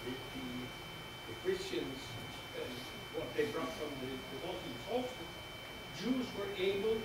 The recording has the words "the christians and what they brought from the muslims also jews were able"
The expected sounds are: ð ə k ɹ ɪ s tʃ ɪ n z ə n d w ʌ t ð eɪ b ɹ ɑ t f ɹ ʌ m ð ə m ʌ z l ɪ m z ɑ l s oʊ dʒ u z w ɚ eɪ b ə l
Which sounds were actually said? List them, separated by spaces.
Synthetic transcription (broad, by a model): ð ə k ɹ ɪ s tʃ ɪ n z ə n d w ʌ t ð eɪ b ɹ ɑ t f ɹ ʌ m ð ə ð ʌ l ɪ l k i s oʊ dʒ u z w ɚ eɪ b l